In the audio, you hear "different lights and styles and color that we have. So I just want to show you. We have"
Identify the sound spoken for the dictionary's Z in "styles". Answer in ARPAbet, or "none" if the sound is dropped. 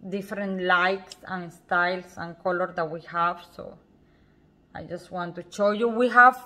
S